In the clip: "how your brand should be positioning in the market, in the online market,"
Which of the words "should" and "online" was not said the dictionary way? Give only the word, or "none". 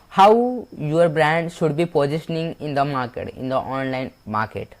none